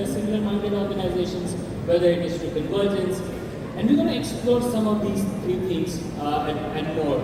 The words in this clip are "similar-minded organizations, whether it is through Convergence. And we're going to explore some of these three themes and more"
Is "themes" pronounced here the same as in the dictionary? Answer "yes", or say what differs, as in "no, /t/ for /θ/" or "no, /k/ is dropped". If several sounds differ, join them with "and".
no, /t/ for /θ/